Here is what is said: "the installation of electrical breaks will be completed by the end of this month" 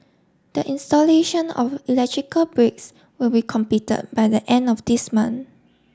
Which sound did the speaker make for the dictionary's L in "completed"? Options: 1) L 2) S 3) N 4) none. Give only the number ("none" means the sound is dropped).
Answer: 4